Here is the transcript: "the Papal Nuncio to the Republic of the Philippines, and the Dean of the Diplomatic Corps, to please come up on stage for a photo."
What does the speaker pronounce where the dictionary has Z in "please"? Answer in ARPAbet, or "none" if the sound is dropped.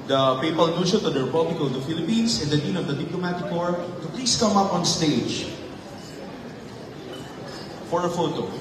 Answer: S